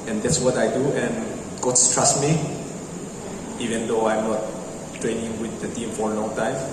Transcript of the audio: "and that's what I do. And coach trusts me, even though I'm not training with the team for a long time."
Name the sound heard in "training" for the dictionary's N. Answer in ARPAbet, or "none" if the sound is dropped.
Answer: N